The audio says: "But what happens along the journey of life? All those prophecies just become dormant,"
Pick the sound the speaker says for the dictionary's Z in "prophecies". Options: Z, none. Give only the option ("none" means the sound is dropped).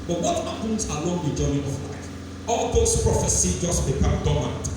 none